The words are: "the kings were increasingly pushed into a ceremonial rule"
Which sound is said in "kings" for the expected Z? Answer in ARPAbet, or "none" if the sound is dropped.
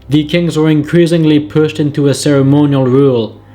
Z